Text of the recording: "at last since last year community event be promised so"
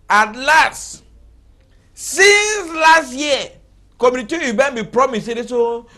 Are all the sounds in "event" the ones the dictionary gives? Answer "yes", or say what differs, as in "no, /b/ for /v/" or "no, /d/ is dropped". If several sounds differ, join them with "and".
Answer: no, /b/ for /v/